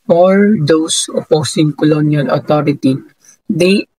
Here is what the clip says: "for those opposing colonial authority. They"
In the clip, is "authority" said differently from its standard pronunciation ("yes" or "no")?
yes